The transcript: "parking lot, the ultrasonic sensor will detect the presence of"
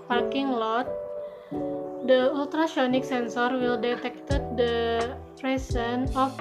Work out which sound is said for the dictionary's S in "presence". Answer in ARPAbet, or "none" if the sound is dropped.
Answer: none